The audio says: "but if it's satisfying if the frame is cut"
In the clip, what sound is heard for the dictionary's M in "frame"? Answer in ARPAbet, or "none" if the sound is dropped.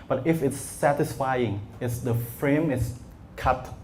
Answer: M